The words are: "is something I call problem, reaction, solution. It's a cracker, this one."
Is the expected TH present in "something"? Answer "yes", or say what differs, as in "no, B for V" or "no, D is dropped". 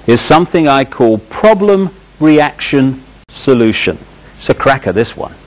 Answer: yes